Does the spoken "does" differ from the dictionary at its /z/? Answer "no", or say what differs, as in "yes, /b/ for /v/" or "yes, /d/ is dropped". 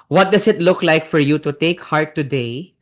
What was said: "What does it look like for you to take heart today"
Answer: yes, /s/ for /z/